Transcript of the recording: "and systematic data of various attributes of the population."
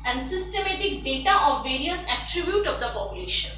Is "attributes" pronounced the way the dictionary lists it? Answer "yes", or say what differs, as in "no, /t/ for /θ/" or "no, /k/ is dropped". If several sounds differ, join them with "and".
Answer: no, /s/ is dropped